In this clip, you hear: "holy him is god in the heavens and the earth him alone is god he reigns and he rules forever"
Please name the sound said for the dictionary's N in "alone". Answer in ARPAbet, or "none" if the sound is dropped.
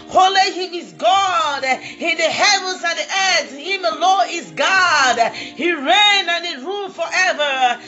none